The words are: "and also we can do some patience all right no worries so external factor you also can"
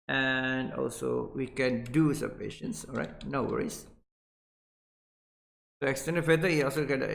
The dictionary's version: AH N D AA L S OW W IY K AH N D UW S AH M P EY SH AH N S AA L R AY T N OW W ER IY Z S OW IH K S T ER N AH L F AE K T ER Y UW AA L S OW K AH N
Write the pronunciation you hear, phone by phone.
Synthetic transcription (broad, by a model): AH N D AA L S OW W IY K AH N D UW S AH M P EY SH AH N S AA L R AY T N OW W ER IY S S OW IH K S T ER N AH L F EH T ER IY AA L S OW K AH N